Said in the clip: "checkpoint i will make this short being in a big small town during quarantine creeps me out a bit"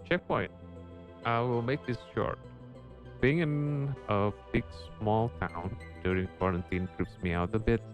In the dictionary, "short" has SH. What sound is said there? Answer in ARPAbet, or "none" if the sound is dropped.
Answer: SH